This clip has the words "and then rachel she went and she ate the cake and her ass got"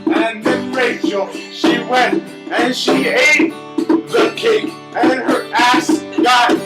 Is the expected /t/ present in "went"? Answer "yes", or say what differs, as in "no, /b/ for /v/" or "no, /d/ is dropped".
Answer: yes